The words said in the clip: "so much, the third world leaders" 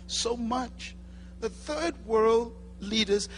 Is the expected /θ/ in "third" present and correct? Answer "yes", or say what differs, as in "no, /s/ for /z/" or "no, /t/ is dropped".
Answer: yes